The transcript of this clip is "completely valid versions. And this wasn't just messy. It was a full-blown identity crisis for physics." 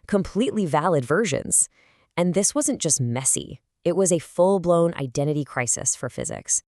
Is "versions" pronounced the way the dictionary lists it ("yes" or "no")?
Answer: yes